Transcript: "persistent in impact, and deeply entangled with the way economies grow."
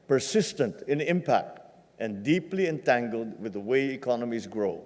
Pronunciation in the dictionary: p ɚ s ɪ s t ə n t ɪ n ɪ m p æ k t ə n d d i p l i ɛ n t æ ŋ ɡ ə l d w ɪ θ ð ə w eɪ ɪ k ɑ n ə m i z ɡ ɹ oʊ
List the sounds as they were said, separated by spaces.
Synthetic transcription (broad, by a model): p ɚ s ɪ s t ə n t ɪ n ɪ m p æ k t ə n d d i p l i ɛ n t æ ŋ ɡ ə l d w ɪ ð ə w eɪ ɪ k ɑ n ə m i z ɡ ɹ oʊ